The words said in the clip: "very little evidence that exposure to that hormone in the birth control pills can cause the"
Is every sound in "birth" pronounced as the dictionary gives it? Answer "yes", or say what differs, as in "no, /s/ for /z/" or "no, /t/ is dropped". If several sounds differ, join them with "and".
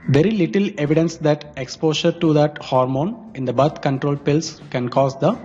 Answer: no, /t/ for /θ/